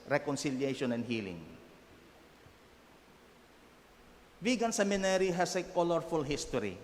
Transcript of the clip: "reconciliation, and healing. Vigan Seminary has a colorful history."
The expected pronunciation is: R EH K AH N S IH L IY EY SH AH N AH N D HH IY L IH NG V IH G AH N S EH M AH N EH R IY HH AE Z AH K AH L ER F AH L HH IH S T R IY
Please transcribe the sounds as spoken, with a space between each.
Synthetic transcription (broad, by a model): R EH K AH N S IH L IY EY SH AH N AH N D HH IY L IH NG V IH G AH N S EH M AH N EH R IY HH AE S AH K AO L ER F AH L HH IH S T R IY